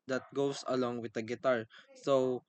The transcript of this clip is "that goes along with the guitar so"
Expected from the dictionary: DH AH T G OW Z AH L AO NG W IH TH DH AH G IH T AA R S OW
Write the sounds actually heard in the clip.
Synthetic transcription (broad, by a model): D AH T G OW S AH L AO NG W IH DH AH G IH T AA R S OW